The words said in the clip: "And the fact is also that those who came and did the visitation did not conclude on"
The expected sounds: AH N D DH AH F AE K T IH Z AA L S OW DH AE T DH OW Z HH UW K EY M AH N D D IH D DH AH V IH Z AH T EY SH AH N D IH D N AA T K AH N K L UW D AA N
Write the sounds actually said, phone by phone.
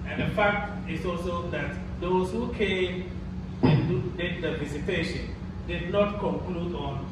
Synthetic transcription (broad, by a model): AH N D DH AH F AE K T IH S AA L S OW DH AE T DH OW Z HH UW K EY M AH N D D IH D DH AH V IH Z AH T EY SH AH N D IH D N AA T K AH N K L UW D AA N